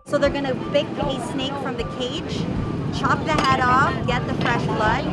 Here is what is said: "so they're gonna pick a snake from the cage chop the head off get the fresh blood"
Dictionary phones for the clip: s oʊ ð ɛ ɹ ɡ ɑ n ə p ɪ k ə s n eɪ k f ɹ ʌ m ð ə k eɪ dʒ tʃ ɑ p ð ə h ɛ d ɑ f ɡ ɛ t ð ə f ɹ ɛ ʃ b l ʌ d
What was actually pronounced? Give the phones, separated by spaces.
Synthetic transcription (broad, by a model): s oʊ ð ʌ ɹ ɡ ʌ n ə b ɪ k ə s n eɪ k f ɹ ʌ m ð ə k eɪ dʒ tʃ ɑ p ð ə h ɛ d ɑ f ɡ ɛ t ð ə f ɹ ɛ ʃ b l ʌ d